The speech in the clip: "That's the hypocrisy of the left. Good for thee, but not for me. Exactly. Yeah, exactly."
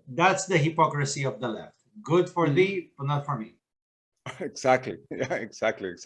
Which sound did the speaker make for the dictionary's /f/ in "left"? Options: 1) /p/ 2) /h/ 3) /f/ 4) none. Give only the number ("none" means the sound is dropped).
3